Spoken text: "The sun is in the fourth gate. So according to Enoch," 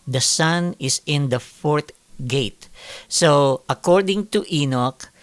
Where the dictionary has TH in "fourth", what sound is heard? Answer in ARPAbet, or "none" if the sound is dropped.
T